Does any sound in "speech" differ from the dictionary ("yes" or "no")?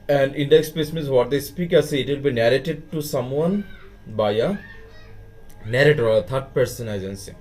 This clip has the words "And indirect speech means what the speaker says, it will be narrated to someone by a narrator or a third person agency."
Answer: yes